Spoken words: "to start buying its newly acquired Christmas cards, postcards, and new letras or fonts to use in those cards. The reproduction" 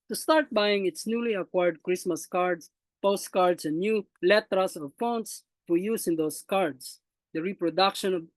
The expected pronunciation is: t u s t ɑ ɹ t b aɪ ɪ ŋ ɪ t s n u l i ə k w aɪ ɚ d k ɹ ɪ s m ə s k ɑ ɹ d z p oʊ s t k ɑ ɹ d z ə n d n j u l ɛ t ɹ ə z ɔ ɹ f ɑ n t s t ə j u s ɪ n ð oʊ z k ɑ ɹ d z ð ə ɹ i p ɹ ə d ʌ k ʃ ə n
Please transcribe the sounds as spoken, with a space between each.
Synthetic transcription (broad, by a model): t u s t ɑ ɹ t b aɪ ɪ ŋ ɪ t s n u l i ə k w aɪ ɚ d k ɹ ɪ s m ə s k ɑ ɹ d s p oʊ s t k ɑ ɹ d s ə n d n j u l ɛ t ɹ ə s ɔ ɹ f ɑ n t s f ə j u s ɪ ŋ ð oʊ s k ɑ ɹ d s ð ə ɹ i p ɹ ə d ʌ k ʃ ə n